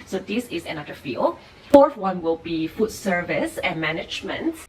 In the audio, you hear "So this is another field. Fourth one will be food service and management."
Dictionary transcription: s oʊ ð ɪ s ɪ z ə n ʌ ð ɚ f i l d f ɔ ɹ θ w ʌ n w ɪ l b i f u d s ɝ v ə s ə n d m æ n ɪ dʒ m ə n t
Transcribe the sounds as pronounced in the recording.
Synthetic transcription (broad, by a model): s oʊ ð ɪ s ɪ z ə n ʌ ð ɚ f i l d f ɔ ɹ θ w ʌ n w ɪ l b i f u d s ɝ v ə s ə n m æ n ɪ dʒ m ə n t